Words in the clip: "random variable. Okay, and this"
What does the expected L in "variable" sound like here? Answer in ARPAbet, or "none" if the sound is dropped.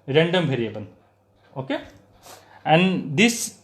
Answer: N